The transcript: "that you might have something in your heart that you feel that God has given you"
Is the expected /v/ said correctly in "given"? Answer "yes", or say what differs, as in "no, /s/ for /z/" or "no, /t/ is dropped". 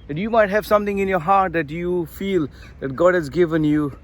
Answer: yes